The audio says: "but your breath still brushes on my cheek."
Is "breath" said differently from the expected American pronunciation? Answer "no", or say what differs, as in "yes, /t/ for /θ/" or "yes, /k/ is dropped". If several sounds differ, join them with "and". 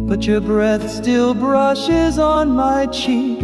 no